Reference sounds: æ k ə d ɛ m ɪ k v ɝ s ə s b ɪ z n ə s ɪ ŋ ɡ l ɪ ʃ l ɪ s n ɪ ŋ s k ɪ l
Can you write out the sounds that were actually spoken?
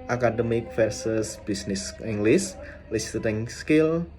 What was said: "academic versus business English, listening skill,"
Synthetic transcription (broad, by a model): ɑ k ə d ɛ m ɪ k f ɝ s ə s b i s n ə s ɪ ŋ ɡ l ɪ s l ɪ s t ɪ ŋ s k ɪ l